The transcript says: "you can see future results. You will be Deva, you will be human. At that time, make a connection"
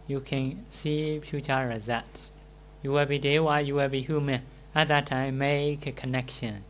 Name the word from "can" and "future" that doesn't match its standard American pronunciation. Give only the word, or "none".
future